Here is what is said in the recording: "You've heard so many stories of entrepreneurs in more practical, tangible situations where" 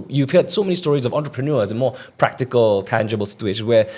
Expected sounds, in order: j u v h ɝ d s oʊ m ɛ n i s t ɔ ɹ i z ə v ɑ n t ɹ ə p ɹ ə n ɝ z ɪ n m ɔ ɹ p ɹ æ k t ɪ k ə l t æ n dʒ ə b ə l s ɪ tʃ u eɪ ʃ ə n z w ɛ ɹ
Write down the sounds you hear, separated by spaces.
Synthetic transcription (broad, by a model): j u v h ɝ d s oʊ m ɛ n i s t ɔ ɹ i z ə v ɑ n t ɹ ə p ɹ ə n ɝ z ɪ n m ɔ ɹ p ɹ æ k t ɪ k ə l t æ n dʒ ə b ə l s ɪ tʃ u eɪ ʃ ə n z w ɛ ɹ